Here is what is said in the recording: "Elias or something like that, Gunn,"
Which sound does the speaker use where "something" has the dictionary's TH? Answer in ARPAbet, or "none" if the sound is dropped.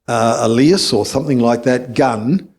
TH